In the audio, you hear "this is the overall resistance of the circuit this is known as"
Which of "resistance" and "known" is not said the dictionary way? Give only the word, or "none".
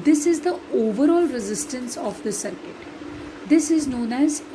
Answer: none